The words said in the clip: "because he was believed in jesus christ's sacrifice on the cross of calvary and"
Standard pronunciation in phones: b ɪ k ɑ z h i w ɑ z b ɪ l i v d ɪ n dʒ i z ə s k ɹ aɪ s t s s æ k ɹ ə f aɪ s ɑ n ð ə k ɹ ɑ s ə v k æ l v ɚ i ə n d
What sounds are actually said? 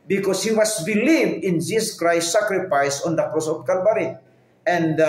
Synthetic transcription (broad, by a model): b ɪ k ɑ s h i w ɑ s b ɪ l i v d ɪ n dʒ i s k ɹ aɪ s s s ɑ k ɹ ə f aɪ s ɑ n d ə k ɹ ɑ s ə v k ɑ l b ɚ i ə n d